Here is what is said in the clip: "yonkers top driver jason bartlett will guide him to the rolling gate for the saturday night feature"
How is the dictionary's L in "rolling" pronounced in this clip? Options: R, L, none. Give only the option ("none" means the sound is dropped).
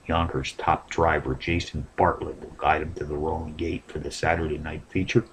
none